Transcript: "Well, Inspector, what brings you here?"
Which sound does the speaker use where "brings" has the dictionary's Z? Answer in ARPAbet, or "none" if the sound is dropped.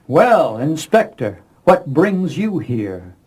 Z